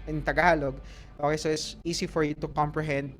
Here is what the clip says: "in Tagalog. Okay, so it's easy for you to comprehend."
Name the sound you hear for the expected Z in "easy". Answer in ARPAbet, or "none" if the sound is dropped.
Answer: S